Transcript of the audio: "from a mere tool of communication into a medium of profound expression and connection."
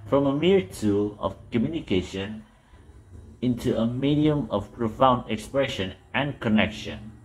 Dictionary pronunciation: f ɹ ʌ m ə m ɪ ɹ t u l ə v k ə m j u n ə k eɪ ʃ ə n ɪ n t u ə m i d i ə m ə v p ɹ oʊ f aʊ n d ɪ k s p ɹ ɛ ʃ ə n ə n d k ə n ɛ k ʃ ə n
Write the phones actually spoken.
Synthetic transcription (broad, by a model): f ɹ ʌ m ə m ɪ ɹ t u l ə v k ə m j u n ə k eɪ ʃ ə n ɪ n t u ə m i d i ə m ə v p ɹ oʊ f aʊ n d ɪ k s p ɹ ɛ ʃ ə n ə n k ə n ɛ k ʃ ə n